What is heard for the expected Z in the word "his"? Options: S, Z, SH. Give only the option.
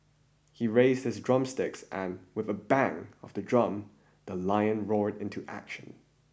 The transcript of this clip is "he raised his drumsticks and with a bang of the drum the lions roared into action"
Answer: Z